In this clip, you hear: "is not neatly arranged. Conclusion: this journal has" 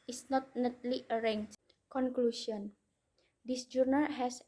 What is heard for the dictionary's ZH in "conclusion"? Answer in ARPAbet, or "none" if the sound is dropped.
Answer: S